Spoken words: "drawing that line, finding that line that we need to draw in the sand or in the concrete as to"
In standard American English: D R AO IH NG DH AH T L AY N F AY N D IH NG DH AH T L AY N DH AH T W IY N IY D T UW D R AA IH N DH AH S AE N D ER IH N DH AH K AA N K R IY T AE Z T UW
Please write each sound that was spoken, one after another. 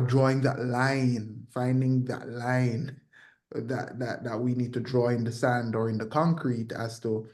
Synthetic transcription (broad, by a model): D R AO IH NG DH AH T L AY N F AY N D IH NG DH AH T L AY N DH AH T W IY N IY D T UW D R AA IH N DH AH S AE N D ER IH N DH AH K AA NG K R IY T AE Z T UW